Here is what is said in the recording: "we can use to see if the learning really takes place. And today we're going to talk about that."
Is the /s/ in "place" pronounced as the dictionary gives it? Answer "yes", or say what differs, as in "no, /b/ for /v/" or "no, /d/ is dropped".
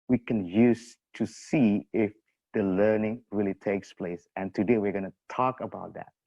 yes